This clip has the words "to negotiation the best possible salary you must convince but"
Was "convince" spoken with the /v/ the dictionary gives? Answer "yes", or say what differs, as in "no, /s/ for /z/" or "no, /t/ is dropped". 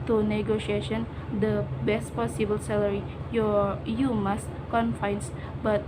no, /f/ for /v/